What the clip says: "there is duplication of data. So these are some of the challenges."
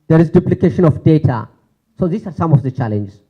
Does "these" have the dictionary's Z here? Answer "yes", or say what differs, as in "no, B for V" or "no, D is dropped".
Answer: no, S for Z